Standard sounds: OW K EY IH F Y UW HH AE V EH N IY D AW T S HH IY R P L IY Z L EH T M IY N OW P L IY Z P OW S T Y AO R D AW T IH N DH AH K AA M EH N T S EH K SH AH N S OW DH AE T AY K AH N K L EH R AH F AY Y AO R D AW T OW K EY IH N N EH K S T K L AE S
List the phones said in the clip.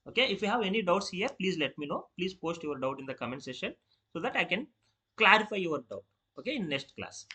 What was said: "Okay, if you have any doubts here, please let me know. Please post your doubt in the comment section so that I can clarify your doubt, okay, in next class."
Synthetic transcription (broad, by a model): OW K EY IH F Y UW HH AE V EH N IY D AW T S HH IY R P L IY Z L EH T M IY N OW P L IY Z P OW S T Y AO R D AW T IH N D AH K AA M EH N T S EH SH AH N S OW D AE T AY K AH N K L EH R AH F AY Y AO R D AW T OW K EY IH N N EH K S T K L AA S